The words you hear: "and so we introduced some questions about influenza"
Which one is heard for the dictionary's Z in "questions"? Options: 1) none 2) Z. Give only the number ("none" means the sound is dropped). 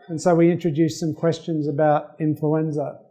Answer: 2